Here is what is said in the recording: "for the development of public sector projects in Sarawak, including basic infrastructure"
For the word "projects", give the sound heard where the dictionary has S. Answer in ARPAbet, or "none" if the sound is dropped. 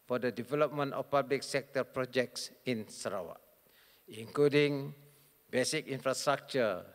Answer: S